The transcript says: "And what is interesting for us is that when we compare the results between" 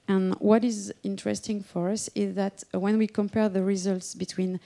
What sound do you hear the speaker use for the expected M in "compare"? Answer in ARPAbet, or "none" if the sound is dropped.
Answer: M